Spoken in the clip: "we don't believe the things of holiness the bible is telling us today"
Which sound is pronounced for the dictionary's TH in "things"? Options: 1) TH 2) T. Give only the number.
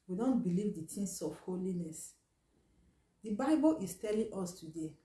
2